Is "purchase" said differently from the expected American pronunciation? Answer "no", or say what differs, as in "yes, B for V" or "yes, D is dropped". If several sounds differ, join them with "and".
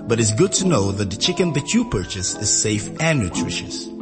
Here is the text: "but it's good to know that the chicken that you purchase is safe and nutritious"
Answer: no